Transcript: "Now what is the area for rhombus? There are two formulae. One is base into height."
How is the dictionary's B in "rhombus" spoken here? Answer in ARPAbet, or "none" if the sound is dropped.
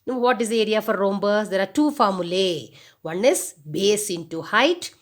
B